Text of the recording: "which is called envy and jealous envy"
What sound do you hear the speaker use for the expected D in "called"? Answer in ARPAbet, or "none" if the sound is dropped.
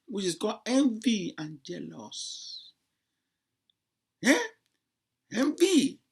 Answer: none